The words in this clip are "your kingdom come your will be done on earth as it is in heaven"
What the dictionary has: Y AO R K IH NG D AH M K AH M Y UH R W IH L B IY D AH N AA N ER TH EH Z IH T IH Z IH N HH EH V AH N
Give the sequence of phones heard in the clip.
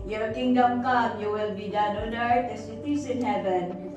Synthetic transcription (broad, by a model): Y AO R K IH NG D AH M K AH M Y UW W IH L B IY D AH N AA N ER T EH S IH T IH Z IH N HH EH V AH N